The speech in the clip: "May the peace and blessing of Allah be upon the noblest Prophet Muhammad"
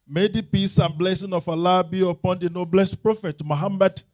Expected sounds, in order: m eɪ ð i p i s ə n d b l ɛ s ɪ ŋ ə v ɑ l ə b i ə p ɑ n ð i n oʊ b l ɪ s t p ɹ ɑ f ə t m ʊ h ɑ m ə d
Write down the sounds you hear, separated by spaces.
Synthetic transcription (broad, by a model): m eɪ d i p i s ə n b l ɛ s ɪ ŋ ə f ɑ l ə b i ə p ɑ n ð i n oʊ b l ɪ s t p ɹ ɑ f ə t m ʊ h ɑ m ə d